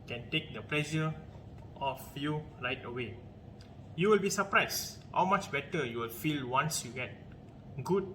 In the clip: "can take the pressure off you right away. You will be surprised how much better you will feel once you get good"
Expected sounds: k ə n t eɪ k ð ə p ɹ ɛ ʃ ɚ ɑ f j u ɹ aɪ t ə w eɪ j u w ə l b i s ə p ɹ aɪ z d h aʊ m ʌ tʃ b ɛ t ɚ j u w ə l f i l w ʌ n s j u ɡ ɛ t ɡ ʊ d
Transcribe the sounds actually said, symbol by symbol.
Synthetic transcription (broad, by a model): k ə n t eɪ k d ə p l ɛ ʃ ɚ ɑ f j u ɹ aɪ t ə w eɪ j u w ə l b i s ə p ɹ aɪ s h aʊ m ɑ tʃ b ɛ t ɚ j u w ə l f i l w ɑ n s j u ɡ ɛ t ɡ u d